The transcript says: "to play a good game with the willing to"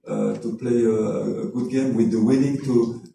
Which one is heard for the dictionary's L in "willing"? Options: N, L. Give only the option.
N